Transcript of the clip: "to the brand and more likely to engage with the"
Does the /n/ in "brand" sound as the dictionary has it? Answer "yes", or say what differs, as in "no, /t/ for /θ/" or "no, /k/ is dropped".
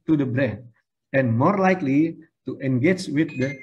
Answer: no, /n/ is dropped